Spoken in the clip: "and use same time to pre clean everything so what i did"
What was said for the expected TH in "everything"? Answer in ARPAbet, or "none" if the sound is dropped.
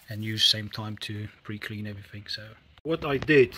TH